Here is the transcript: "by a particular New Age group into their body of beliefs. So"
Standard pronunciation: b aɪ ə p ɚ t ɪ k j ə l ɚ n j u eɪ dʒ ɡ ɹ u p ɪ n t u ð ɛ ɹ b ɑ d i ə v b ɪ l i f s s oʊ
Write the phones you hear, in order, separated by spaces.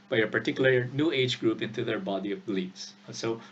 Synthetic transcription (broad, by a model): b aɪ ə p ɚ t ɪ k j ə l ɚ n j u eɪ dʒ ɡ ɹ u p ɪ n t u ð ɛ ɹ b ɑ d i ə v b l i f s s oʊ